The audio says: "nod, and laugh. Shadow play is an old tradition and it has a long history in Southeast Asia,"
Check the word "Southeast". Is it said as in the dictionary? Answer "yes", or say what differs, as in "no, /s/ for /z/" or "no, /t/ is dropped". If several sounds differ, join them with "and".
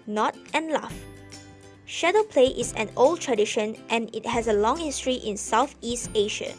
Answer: yes